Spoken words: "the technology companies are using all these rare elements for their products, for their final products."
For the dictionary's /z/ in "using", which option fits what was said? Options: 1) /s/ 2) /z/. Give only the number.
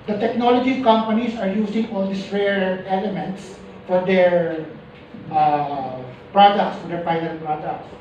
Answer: 1